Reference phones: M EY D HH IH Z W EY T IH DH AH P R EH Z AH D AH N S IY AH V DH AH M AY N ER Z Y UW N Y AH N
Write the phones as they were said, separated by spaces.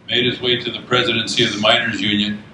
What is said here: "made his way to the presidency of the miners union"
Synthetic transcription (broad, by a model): M EY D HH IH Z W EY T IH DH AH P R EH Z AH D AH N S IY AH V DH AH M AY N ER Z Y UW N Y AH N